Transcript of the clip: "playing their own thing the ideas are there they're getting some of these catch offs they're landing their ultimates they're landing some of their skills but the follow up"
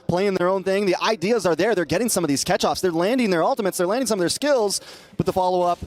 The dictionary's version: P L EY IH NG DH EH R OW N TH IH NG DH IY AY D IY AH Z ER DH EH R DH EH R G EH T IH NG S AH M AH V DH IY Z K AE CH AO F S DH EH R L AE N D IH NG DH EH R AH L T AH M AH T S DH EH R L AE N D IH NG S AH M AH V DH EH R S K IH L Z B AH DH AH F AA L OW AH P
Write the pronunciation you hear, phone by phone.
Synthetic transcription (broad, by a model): P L EY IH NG DH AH R OW N TH IH NG DH IY AY D IY AH Z ER DH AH R DH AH R G EH T IH NG S AH M AH V DH IY Z K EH CH AO F S DH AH R L AE N D IH NG DH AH R AH L T AH M AH T S DH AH R L AE N D IH NG S AH M AH V DH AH R S K IH L Z B AH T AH F AA L OW AH P